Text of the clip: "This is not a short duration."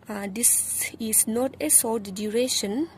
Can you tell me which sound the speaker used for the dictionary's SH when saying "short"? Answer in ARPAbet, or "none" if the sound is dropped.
S